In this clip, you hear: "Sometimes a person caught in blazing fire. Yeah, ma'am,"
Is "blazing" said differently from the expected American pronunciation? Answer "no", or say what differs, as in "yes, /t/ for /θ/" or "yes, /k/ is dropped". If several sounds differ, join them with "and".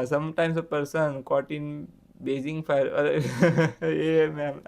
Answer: yes, /l/ is dropped